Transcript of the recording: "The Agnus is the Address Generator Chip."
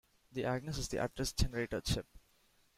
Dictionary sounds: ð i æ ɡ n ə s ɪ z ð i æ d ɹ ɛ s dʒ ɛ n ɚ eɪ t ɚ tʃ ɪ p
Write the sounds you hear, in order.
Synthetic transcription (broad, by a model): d i æ ɡ n ə s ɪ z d i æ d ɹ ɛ s dʒ ɛ n ɚ eɪ t ɚ ʃ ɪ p